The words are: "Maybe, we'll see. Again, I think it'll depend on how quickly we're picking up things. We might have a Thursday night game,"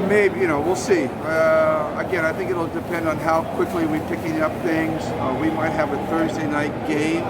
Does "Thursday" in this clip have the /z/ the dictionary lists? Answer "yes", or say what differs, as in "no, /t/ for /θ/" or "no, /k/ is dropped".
yes